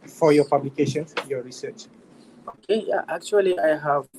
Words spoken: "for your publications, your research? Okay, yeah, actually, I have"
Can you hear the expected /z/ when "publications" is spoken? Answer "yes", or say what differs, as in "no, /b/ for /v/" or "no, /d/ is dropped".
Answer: no, /z/ is dropped